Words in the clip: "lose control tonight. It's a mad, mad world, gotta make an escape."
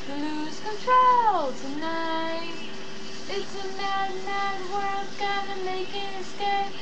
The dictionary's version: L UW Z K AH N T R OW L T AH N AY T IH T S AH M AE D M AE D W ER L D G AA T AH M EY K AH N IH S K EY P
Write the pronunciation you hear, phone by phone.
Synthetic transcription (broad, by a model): L UW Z K AH N T R OW L T AH N AY T IH T S AH M AE D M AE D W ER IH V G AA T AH M EY K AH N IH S K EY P